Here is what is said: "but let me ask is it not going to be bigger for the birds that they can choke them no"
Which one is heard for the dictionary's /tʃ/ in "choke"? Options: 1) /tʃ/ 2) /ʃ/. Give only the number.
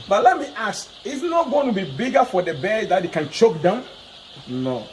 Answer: 1